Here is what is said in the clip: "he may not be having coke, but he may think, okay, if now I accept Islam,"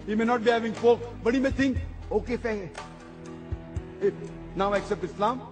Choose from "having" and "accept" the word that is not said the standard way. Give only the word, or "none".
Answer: none